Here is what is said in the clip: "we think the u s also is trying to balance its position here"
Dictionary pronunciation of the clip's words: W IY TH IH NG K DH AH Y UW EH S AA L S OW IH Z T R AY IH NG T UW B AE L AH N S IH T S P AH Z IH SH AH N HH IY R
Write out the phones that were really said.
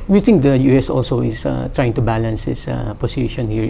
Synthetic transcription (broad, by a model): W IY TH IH NG K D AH Y UW EH S AA L S OW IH S T R AY IH NG T UW B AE L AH N S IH S P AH S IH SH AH N HH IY R